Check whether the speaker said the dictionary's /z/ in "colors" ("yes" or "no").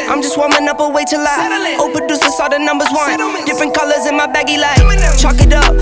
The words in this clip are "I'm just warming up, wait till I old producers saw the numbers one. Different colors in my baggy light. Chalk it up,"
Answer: yes